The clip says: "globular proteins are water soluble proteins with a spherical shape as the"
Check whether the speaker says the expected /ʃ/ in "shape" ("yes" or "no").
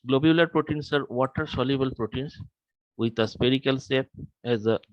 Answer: no